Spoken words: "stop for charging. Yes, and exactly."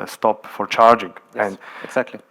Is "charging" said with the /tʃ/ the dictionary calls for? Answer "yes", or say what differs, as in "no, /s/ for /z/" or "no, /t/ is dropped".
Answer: yes